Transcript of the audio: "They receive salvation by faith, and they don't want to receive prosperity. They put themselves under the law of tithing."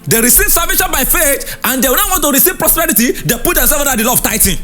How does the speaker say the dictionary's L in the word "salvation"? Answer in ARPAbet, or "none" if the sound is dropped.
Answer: none